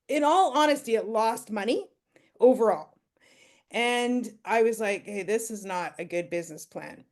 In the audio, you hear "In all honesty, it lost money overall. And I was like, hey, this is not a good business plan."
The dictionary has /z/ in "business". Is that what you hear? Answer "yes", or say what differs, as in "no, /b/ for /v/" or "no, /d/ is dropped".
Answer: yes